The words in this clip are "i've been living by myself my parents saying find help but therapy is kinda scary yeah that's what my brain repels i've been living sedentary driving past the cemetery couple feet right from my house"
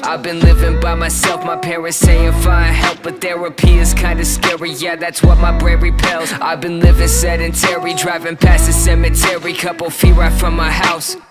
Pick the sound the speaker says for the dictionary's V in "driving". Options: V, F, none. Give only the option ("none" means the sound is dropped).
V